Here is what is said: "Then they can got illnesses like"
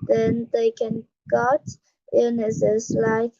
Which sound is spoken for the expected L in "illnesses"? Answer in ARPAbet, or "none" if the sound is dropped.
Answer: none